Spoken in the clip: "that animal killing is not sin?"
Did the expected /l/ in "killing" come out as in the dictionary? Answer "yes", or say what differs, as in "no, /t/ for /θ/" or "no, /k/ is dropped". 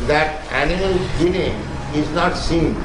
no, /n/ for /l/